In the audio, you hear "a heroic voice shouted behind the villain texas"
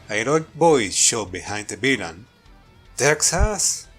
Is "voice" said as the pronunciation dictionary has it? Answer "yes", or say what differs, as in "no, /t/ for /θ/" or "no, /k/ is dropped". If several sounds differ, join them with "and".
no, /b/ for /v/